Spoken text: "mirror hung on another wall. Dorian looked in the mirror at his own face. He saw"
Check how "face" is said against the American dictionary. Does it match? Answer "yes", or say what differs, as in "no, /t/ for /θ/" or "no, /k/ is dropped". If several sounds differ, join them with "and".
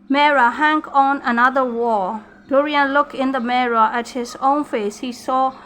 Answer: yes